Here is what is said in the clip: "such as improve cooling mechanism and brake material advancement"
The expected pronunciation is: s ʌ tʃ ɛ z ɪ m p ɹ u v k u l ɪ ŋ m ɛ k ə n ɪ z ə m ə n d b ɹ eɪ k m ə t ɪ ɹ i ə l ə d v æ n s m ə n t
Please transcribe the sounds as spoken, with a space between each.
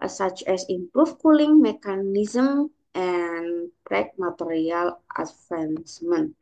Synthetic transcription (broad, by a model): s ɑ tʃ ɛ s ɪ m p ɹ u f k u l ɪ ŋ m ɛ k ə n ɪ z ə m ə n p ɹ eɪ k m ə t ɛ ɹ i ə l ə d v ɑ n s m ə n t